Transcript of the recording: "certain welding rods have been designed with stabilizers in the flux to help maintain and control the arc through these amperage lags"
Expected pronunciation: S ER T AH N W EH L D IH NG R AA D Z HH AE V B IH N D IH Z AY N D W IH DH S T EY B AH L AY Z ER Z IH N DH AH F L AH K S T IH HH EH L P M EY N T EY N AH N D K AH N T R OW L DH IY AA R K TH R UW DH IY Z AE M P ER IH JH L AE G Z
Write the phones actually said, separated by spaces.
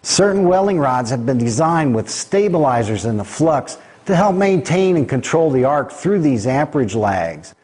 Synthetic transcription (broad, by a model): S ER T N W EH L IH NG R AA D Z HH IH V B IH N D IH Z AY N D W IH DH S T EY B AH L AY Z ER Z IH N DH AH F L AH K S T IH HH EH L P M EY N T EY N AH N K AH N T R OW L DH IY AA R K TH R UW DH IY Z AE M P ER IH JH L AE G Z